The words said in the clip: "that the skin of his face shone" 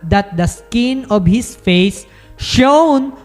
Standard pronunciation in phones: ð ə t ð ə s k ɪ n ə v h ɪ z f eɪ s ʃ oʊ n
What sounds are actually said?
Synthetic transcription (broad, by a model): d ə t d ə s k ɪ n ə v h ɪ s f eɪ s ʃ oʊ n